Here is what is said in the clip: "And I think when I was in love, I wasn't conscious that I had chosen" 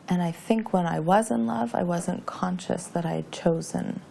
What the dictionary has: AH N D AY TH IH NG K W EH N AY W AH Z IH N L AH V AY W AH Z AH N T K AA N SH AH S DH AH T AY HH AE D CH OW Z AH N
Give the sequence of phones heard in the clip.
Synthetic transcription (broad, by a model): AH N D AY TH IH NG K W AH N AY W AH Z IH N L AH V AY W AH Z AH N K AA N SH AH S DH AH T AY D CH OW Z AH N